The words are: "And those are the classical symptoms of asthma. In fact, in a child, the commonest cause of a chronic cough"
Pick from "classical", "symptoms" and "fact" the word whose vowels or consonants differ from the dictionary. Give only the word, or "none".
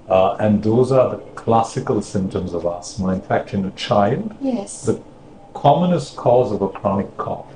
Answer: none